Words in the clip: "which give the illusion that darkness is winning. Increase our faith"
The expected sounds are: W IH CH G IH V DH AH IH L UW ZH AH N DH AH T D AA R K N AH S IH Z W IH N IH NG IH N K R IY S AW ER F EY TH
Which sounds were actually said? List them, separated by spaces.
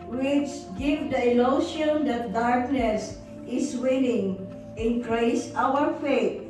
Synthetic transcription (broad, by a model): W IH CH G IH V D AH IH L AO SH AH N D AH T D AA R K N AH S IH S W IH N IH NG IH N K R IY S AW ER F EY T